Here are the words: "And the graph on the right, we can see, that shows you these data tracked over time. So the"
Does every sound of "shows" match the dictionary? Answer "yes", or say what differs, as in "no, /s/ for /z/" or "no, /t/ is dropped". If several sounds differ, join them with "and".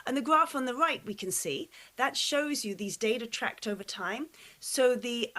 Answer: yes